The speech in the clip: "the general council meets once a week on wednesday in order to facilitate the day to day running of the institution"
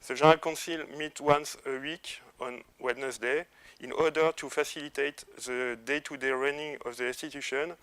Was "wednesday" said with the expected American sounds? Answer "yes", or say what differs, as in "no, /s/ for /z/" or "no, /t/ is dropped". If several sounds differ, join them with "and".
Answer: no, /s/ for /z/